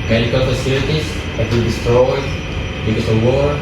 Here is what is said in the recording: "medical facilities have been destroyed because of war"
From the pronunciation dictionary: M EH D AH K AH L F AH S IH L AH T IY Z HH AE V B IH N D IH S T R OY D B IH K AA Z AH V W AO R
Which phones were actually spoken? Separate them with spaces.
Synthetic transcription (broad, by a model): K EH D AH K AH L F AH S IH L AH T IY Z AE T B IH L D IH S T R OY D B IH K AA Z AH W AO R